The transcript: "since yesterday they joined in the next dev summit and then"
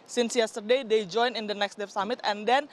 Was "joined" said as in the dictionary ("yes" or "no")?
no